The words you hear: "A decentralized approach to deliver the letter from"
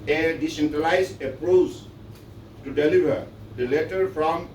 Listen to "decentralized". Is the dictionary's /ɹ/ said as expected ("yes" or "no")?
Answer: no